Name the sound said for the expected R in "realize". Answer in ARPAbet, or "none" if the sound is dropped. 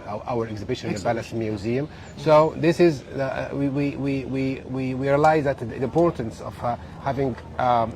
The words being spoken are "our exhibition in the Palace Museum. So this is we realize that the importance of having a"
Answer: W